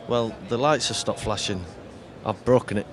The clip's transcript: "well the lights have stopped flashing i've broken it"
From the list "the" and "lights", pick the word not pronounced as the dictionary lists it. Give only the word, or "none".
none